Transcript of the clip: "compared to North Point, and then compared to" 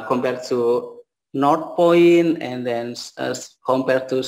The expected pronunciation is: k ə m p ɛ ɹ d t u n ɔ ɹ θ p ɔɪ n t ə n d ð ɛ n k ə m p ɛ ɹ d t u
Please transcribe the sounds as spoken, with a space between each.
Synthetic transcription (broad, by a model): k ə m p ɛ ɹ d t u n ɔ ɹ t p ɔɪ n ə n d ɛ n k ə m p ɛ ɹ d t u